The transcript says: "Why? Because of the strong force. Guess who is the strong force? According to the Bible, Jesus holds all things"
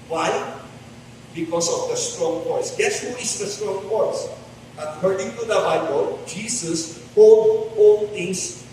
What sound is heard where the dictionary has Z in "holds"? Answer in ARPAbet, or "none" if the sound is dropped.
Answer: none